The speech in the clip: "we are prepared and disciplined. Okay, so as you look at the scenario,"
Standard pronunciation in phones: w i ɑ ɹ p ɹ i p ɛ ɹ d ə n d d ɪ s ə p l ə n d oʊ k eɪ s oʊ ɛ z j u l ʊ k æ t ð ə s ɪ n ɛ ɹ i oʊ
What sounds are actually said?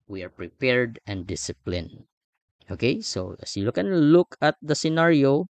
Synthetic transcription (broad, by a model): w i ɑ ɹ p ɹ i p ɛ ɹ d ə n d d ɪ s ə p l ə n oʊ k eɪ s oʊ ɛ s j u l ʊ k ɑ t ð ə s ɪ n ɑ ɹ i oʊ